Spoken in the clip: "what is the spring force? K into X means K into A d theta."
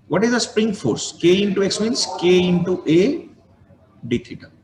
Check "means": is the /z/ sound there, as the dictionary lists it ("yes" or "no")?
no